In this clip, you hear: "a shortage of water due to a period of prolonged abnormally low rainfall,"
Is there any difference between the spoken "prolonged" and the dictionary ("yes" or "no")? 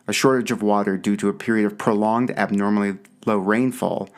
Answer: no